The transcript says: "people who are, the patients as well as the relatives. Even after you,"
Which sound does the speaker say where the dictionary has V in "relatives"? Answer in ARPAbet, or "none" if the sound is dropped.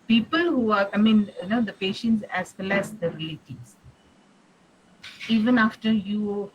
none